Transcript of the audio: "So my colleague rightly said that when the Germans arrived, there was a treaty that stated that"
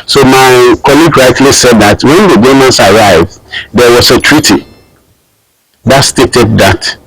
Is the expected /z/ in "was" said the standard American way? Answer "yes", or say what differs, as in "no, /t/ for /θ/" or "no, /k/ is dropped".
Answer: no, /s/ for /z/